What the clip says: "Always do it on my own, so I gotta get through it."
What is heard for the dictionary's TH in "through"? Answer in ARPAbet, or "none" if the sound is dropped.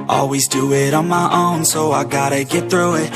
TH